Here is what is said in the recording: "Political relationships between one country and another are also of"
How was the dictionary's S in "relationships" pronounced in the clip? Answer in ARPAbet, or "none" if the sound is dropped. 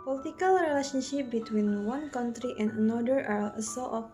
none